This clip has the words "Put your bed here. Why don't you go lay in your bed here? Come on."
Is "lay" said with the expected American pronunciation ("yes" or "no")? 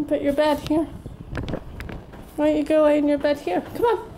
no